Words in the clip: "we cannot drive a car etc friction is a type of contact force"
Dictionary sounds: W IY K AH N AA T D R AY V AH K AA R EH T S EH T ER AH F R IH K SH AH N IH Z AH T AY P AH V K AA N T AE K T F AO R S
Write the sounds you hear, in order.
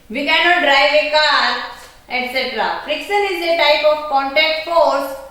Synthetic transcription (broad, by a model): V IY K AH N AA T D R AY V AH K AA R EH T S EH T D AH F R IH K S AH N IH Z AH T AY P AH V K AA N T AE K T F AO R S